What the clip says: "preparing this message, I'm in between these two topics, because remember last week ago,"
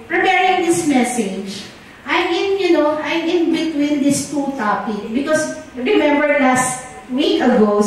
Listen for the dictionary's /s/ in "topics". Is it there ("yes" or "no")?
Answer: no